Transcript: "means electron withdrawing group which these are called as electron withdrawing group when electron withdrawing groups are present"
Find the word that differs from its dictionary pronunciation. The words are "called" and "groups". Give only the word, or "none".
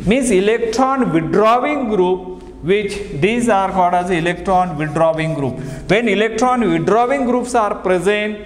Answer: called